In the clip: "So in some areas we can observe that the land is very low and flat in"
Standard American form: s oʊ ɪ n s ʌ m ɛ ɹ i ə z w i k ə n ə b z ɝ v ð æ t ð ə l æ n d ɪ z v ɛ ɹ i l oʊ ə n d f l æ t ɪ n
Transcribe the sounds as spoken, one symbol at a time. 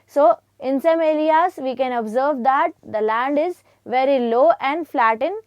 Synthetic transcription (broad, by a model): s oʊ ɪ n s ʌ m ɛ l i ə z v i k ə n ə b z ɝ v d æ t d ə l æ n d ɪ z v ɛ ɹ i l oʊ ə n d f l æ t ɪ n